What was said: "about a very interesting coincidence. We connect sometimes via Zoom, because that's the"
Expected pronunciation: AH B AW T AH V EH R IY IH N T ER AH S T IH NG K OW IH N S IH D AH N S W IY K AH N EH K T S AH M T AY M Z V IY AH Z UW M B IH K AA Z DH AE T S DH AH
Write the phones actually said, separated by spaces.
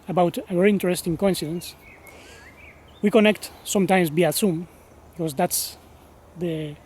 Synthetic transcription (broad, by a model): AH B AW T AH V EH R IY IH N T ER AH S T IH NG K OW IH N S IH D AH N S W IY K AH N EH K T S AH M T AY M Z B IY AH S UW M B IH K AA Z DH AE T S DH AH